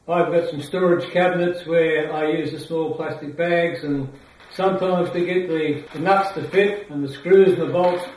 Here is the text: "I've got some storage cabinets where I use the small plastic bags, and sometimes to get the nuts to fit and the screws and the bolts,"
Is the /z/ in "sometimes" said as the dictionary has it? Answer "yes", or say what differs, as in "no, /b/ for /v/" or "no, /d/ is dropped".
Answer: yes